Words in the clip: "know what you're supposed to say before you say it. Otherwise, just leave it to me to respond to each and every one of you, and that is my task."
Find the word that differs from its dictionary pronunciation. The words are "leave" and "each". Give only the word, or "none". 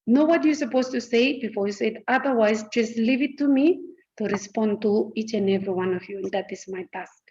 none